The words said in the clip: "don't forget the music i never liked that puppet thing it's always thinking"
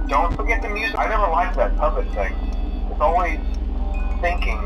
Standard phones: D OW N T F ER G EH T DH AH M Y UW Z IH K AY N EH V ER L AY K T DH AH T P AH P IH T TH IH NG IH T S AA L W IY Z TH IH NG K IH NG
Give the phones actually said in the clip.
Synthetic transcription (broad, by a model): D OW N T F ER G EH T DH AH M Y UW Z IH IH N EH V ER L AY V DH AH T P AH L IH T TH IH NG IH T S AA L W IY Z TH IH NG K IH NG